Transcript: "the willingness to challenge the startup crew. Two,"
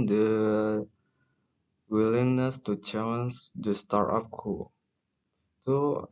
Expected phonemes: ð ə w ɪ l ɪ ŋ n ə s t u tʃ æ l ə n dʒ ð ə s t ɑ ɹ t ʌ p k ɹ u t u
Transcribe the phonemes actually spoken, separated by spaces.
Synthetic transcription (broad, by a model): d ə w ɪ l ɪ ŋ n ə s t u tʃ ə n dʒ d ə s t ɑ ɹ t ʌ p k u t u